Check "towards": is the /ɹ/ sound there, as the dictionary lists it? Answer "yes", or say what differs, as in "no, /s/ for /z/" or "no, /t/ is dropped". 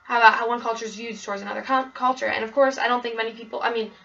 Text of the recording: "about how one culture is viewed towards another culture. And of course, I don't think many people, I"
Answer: yes